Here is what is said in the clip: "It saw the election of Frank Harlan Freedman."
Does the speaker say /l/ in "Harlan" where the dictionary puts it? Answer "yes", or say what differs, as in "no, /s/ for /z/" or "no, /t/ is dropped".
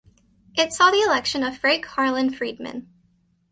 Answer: yes